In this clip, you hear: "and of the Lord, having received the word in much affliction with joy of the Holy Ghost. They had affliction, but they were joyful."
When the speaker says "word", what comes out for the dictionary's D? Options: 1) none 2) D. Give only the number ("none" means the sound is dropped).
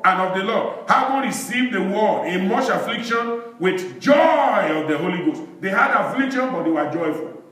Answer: 1